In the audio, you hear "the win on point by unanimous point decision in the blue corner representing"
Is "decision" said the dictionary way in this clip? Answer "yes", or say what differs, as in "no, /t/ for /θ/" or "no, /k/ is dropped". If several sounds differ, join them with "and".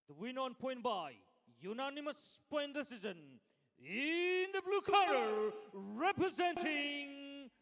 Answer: no, /z/ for /ʒ/